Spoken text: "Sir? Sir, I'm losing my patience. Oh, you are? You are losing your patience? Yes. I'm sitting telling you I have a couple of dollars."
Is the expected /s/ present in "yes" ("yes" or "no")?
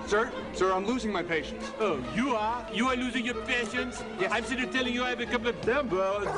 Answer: no